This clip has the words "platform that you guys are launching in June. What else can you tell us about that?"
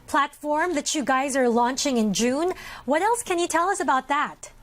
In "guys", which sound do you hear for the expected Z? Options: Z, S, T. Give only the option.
Z